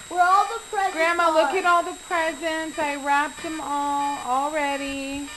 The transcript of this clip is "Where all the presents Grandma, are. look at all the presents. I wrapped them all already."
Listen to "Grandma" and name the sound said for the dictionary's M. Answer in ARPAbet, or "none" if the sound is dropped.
M